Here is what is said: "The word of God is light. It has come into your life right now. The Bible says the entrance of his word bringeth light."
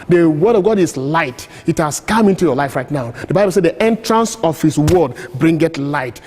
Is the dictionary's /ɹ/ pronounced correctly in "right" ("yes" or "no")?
yes